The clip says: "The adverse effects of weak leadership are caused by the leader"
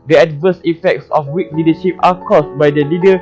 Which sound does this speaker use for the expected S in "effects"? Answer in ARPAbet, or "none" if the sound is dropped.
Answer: S